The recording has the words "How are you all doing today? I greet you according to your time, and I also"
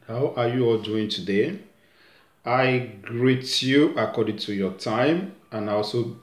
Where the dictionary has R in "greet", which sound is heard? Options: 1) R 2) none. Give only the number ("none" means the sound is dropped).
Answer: 1